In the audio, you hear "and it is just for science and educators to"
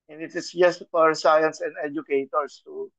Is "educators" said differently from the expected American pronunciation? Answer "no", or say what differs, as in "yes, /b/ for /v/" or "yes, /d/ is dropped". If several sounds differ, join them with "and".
yes, /s/ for /z/